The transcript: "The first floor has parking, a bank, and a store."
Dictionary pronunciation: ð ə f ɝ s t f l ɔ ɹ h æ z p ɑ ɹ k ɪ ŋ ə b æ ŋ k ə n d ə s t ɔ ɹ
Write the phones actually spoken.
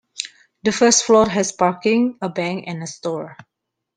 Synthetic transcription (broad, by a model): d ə f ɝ s t f l ɔ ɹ h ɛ s p ɑ ɹ k ɪ ŋ ə b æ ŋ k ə n ə s t ɔ ɹ